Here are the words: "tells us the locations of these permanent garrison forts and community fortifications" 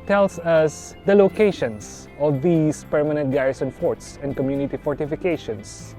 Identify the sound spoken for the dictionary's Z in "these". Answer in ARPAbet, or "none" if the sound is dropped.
S